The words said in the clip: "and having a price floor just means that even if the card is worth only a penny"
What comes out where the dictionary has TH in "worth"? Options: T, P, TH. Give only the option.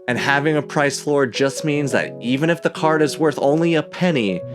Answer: TH